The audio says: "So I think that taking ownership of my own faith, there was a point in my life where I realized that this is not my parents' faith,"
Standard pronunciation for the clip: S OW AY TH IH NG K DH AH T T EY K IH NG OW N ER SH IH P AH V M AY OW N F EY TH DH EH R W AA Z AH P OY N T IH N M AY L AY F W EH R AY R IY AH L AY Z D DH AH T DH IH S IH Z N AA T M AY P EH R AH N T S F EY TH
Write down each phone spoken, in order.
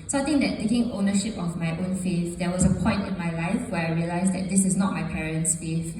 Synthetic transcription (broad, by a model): S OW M T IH NG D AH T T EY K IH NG OW N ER SH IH P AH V M AY OW N F EY TH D EH W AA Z AH P OY N T IH N M AY L AY F W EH AY R IY AH L AY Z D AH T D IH S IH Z N AA T M AY P EH R AH N T S F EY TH